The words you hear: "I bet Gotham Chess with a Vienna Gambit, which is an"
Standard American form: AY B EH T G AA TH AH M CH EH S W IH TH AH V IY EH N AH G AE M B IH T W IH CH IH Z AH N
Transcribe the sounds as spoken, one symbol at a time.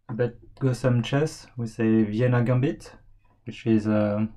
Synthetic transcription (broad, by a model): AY B EH T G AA S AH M CH EH S W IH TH AH V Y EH N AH G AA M B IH T W IH CH IH Z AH